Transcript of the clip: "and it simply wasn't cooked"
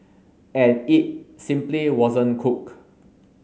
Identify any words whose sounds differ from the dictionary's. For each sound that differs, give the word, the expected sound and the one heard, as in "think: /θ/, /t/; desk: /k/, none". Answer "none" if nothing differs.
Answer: cooked: /t/, none